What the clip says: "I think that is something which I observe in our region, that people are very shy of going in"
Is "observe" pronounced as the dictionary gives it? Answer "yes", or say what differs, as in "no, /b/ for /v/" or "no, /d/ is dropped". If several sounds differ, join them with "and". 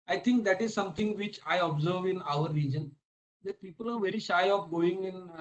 yes